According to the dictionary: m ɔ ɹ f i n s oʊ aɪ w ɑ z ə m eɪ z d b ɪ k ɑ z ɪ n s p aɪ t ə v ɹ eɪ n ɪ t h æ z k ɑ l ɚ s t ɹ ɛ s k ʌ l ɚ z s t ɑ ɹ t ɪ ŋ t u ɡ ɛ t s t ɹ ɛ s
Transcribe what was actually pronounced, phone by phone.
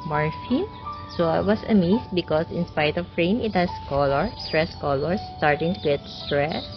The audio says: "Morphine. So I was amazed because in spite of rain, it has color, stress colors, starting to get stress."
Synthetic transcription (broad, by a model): m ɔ ɹ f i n s oʊ aɪ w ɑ s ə m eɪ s b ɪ k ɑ s ɪ n s p aɪ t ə f ɹ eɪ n ɪ t h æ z k ɑ l ɚ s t ɹ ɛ s k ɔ l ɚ s t ɑ ɹ t ɪ ŋ t u ɡ ɛ t s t ɹ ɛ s